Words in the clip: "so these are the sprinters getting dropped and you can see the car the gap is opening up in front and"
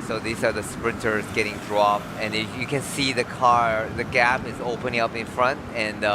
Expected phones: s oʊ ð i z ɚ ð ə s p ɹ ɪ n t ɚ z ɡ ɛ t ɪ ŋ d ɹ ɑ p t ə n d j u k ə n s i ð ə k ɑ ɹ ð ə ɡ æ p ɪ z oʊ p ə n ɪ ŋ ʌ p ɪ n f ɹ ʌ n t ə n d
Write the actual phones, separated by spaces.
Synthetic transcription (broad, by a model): s oʊ ð i z ɚ ð ə s p ɹ ɪ n t ɚ z ɡ ɛ t ɪ ŋ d ɹ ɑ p ə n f j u k ə n s i ð ə k ɑ ɹ ð ə ɡ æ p ɪ z oʊ p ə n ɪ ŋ ʌ p ɪ n f ɹ ʌ n t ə n